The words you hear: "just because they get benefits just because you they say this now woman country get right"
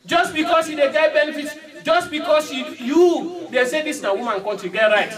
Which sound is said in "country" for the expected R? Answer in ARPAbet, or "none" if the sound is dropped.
none